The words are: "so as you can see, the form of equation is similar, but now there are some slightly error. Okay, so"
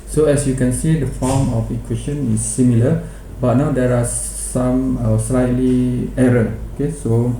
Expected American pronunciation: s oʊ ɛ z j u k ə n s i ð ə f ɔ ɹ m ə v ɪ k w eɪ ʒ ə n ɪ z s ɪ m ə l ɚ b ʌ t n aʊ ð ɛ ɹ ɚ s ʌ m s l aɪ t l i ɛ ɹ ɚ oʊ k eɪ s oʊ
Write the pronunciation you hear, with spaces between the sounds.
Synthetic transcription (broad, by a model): s oʊ ɛ s j u k ə n s i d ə f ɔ m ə f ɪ k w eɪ ʃ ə n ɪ s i m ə l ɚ b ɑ t n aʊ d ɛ ɹ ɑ s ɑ m s l aɪ t l i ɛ ɹ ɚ oʊ k eɪ s oʊ